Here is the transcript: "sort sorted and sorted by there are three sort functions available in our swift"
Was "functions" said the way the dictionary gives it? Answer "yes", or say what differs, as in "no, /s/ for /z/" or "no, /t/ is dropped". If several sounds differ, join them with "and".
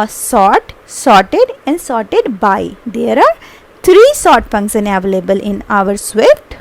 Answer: no, /s/ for /ʃ/ and /z/ is dropped